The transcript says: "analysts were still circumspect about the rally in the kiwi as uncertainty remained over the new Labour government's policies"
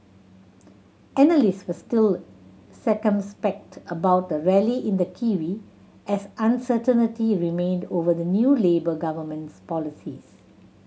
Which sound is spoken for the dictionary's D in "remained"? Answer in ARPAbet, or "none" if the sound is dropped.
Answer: D